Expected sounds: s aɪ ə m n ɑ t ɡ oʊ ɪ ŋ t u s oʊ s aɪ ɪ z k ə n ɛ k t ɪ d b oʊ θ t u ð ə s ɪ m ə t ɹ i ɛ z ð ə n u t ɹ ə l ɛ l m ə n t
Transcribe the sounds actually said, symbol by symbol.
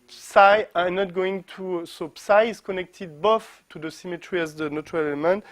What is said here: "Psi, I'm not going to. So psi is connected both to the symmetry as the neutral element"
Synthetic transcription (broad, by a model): s aɪ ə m n ɑ t ɡ oʊ ɪ ŋ t u s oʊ s aɪ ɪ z k ə n ɛ k t ɪ d b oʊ f t u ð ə s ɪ m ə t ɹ i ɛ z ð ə n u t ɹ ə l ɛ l m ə n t